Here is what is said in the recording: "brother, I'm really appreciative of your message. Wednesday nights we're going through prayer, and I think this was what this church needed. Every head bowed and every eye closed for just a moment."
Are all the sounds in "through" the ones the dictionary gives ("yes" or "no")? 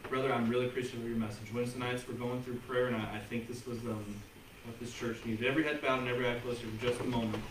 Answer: yes